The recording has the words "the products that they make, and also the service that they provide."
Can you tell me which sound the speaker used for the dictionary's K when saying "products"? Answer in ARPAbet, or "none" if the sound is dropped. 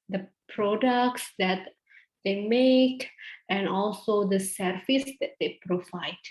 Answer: K